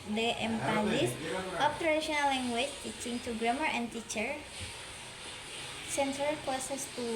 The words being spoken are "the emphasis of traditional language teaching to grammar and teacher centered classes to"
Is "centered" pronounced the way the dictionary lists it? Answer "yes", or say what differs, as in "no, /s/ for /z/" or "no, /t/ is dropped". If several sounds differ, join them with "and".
no, /s/ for /t/